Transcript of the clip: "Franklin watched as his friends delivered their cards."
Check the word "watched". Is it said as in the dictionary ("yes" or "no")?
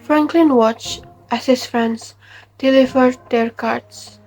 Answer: yes